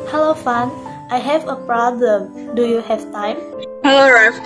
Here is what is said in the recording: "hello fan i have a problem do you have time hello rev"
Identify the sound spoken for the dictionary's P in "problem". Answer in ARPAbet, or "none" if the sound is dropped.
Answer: P